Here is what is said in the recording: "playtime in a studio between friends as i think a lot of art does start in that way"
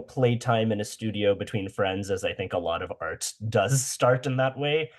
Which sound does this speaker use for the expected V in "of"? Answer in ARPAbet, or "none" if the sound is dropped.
V